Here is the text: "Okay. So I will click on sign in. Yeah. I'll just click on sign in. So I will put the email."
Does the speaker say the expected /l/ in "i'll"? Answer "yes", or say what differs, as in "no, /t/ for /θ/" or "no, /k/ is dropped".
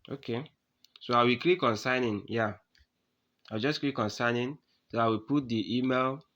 no, /w/ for /l/